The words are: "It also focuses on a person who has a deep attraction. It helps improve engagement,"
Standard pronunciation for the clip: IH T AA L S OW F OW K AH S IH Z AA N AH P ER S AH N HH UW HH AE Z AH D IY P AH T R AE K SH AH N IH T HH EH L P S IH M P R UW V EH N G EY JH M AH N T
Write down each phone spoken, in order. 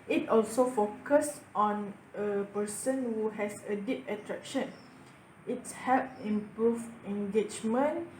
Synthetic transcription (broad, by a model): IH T AA L S OW F OW K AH S AA N AH P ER S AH N HH UW HH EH S AH D IY P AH T R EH K SH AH N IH T HH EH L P IH M P R UW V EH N G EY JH M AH N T